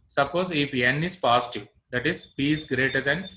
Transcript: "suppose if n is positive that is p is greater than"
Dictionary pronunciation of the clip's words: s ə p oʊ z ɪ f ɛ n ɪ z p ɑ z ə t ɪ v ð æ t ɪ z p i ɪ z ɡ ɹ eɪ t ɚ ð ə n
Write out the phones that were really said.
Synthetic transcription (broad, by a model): s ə p oʊ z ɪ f ɛ n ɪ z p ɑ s t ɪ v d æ t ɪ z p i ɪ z ɡ ɹ eɪ t ɚ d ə n